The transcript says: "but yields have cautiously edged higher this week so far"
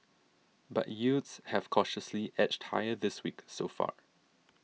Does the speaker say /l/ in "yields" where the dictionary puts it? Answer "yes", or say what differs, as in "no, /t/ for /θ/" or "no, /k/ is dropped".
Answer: no, /l/ is dropped